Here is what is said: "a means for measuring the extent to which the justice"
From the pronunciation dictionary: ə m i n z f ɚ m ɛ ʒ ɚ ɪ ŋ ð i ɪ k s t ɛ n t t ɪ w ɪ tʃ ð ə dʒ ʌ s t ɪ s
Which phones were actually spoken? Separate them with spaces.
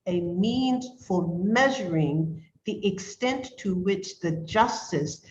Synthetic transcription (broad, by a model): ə m i n z f ɚ m ɛ ʒ ɚ ɪ ŋ ð i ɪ k s t ɛ n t t ɪ w ɪ tʃ ð ə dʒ ʌ s t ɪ s